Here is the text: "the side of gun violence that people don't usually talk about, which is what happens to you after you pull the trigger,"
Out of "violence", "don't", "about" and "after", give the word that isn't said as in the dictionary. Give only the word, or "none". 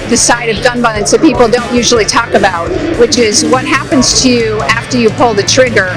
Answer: violence